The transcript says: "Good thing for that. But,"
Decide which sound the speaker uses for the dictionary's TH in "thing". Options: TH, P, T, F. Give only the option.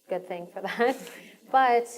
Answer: TH